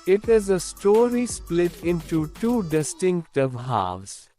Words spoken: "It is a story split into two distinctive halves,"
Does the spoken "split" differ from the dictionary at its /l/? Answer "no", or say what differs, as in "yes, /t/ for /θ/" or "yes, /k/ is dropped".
no